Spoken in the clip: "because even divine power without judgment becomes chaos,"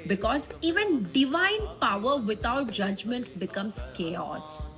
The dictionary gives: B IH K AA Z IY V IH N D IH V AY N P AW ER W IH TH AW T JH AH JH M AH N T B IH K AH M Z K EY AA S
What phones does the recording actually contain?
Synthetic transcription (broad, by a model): B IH K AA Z IY V IH N D IH V AY N P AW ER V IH T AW T JH AH JH M AH N T B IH K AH M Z K EY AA S